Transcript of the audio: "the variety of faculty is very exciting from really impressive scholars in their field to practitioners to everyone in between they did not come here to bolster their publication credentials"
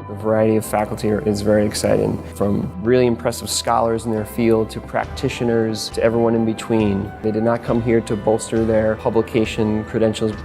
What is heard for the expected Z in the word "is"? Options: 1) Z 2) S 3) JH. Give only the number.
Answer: 1